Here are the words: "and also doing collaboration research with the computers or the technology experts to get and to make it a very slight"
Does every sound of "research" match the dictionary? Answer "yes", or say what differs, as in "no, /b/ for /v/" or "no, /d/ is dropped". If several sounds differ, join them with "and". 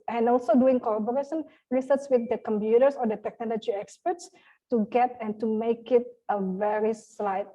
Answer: no, /s/ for /tʃ/